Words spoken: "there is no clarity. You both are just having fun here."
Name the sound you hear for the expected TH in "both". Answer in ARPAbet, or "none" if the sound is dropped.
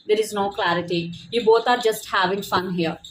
T